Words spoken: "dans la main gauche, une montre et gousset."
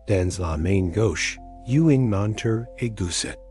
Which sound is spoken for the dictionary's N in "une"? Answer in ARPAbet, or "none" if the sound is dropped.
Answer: none